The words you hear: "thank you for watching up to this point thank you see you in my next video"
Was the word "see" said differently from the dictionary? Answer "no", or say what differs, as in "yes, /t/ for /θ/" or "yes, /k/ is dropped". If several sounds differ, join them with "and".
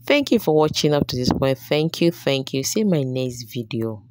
yes, /θ/ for /s/